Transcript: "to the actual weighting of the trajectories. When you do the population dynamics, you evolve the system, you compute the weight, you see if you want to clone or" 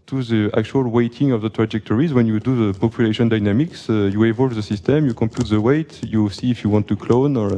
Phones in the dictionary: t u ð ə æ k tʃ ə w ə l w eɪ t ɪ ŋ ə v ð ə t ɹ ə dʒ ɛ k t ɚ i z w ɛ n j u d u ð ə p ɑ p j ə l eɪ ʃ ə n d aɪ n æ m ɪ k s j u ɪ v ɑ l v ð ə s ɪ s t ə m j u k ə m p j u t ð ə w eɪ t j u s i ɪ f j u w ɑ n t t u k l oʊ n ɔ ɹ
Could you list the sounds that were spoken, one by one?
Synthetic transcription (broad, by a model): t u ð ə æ k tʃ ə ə l w eɪ t ɪ ŋ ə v ð ə t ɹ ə dʒ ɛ k t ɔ i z w ɛ n j u d u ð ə p ɑ p j ə l eɪ ʃ ə n d aɪ n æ m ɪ k s j u ɪ v ɑ l v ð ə s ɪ s t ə m j u k ə m p j u t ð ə w eɪ t j u s i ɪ f j u w ɑ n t t u k l oʊ n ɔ ɹ